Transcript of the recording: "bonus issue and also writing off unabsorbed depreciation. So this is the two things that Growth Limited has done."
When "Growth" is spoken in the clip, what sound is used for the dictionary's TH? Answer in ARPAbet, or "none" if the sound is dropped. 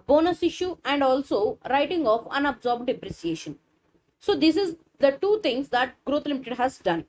T